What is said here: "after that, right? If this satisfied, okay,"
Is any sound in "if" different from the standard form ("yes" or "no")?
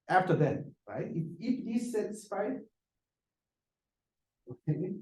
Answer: yes